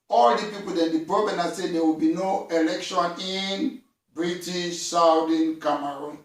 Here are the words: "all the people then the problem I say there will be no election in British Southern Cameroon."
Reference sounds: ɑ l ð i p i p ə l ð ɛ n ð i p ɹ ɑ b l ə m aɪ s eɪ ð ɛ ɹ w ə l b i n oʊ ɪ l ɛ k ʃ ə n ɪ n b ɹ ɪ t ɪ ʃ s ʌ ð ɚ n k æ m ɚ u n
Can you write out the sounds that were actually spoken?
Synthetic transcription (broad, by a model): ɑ l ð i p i p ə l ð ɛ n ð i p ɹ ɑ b ə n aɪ s eɪ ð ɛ w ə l b i n oʊ ɪ l ɛ k ʃ ə n ɪ n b ɹ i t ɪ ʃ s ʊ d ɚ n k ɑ m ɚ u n